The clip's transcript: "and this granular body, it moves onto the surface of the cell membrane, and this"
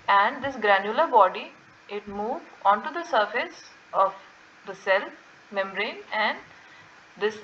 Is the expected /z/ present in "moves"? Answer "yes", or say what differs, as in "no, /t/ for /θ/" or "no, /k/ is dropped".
no, /z/ is dropped